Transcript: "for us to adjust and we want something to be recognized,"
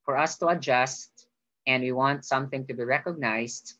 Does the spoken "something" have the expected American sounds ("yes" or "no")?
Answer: yes